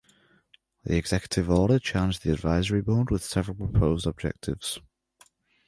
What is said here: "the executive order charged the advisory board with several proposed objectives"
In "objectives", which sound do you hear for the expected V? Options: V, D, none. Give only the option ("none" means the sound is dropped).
V